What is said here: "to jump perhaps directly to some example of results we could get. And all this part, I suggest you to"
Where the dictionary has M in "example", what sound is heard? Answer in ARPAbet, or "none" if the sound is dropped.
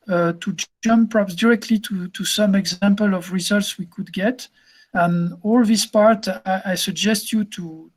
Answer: M